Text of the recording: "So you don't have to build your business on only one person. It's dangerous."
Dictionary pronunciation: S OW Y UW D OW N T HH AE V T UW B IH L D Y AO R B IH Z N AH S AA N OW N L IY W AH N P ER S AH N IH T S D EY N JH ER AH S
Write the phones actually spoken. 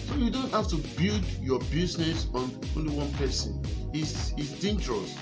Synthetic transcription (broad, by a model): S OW Y UW D OW N T HH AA F T UW B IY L D Y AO B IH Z N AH S AA N OW N L IY W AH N P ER S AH N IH S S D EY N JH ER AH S